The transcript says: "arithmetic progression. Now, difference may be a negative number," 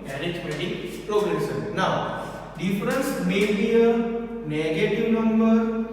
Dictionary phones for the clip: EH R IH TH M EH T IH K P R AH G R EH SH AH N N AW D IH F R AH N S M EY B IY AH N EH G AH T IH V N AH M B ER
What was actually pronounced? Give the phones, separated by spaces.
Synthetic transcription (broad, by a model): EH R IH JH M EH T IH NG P R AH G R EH S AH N N AW D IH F R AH N S M EY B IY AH N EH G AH T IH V N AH M B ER